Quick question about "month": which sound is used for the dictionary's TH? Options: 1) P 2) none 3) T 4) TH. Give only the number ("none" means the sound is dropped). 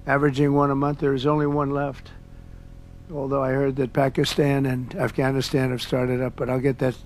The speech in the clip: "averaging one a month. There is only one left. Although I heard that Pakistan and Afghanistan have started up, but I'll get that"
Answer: 4